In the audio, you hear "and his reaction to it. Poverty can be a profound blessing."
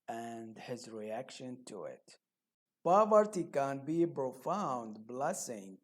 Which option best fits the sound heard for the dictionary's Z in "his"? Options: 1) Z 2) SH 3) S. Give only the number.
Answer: 1